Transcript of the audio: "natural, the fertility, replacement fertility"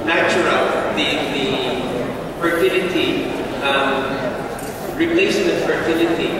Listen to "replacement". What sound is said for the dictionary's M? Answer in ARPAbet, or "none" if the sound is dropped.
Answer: none